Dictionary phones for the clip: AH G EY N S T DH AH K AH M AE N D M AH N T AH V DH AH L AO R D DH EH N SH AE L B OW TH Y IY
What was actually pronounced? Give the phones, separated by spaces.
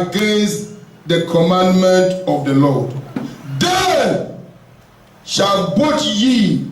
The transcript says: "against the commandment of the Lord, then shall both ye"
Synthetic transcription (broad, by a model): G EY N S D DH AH K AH M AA N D M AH N T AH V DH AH L AO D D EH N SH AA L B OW T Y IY